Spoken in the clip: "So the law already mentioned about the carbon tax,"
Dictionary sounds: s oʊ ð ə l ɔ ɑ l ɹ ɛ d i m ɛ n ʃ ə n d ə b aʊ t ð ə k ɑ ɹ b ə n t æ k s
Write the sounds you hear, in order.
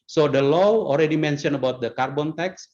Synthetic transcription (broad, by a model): s oʊ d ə l ɔ ɑ l ɹ ɛ d i m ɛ n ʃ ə n ə b aʊ t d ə k ɑ ɹ b ə n t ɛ k s